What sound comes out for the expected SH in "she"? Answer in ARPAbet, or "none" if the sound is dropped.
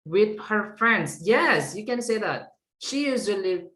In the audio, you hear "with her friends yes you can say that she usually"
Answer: SH